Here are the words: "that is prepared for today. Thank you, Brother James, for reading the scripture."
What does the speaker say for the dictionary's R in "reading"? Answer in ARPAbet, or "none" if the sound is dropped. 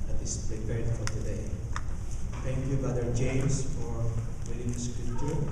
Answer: W